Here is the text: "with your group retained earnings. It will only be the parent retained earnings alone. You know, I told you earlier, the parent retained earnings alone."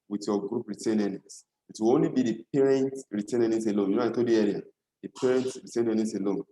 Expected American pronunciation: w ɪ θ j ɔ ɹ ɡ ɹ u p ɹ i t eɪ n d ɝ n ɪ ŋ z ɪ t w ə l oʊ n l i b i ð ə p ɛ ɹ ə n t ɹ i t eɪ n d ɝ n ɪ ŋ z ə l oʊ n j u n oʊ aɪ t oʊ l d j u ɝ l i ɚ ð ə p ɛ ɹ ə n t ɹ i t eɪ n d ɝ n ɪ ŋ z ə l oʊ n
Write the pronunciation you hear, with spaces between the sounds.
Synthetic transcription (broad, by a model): w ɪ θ j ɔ ɡ ɹ u p ɹ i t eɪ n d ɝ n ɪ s ɪ t w ə l oʊ n l i b i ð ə p ɛ ɹ ə n t ɹ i t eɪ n ɝ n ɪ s ə l oʊ n j u n oʊ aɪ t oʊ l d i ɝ i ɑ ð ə p ɛ ɹ ə n t ɹ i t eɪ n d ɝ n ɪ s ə l oʊ n